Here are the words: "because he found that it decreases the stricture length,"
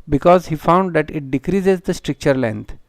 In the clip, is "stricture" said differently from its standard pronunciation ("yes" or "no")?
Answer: no